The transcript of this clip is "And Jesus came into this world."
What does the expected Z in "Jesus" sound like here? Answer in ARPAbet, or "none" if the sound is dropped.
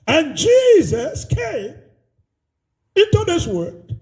Z